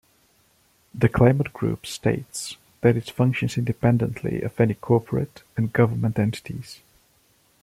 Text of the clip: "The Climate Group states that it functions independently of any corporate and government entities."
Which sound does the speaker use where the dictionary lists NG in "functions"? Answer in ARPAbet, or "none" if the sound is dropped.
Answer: NG